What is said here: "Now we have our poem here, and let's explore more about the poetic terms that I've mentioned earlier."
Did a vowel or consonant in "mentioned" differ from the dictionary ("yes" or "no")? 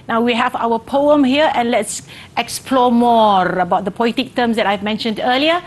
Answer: no